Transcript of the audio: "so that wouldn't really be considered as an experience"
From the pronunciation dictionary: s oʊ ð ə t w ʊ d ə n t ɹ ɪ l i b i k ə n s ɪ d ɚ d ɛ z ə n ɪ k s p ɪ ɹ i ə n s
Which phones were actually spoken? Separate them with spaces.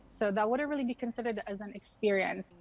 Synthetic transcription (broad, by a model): s oʊ ð ə t w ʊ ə t ɹ ɪ l i b i k ə n s ɪ d ɚ d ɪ z ə n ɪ k s p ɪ ɹ i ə n s